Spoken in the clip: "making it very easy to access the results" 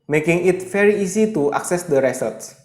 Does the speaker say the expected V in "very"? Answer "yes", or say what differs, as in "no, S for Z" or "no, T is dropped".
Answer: no, F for V